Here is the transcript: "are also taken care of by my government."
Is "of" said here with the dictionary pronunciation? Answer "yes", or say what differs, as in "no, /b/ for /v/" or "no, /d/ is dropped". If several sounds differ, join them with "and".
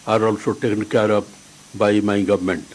no, /p/ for /v/